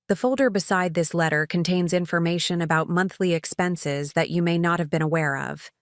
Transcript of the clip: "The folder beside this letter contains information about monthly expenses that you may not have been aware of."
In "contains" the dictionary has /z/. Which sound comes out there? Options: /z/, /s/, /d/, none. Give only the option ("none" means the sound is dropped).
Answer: /z/